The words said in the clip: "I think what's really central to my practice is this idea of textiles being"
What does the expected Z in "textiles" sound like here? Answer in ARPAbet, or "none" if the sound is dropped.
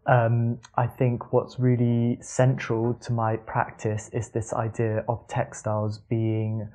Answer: Z